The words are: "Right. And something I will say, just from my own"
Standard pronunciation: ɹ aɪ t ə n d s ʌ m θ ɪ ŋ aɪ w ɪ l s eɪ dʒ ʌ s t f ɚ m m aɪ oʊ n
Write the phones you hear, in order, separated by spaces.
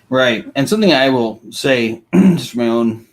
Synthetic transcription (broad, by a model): ɹ aɪ t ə n s ʌ m θ ɪ ŋ aɪ w ɪ l s eɪ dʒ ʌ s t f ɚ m m aɪ oʊ n